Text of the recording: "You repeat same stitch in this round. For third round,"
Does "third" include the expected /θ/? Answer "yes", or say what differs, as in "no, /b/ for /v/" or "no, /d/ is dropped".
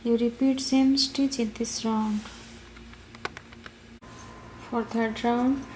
no, /t/ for /θ/